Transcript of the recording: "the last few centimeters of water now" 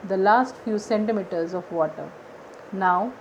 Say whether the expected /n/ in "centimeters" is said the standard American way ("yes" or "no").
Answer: yes